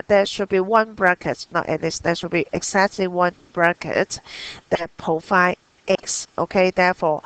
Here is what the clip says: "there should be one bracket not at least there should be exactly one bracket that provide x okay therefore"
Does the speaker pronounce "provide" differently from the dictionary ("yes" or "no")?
yes